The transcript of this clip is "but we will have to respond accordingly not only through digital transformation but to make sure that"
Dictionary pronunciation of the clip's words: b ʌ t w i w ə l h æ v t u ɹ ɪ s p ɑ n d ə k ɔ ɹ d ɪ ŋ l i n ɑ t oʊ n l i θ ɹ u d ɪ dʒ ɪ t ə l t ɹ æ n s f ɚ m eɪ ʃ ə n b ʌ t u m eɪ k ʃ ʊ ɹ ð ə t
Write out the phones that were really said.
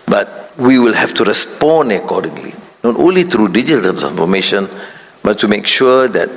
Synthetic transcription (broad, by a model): b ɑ t w i w ə l h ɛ f t u ɹ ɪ s p ɑ n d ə k ɔ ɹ d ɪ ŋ l i n ɑ t oʊ n l i t ɹ u d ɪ dʒ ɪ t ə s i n f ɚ m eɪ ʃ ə n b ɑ t u m eɪ k ʃ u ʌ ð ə t